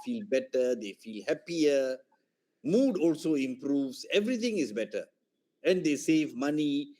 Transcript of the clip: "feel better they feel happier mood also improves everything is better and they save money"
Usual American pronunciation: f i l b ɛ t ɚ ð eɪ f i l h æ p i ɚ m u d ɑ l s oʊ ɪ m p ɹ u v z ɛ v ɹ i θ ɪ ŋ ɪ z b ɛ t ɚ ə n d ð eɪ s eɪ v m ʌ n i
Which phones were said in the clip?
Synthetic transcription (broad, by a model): f i l b ɛ t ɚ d eɪ f i l h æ p i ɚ m u d ɑ l s oʊ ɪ m p ɹ u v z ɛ v ɹ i t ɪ ŋ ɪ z b ɛ t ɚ ə n d eɪ s eɪ v m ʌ n i